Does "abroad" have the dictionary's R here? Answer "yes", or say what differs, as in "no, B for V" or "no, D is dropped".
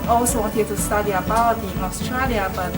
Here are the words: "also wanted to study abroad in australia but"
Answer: no, R is dropped